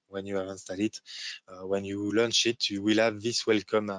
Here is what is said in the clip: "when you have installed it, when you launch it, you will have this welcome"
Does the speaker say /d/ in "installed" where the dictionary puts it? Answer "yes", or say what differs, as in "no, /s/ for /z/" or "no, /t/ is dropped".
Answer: no, /d/ is dropped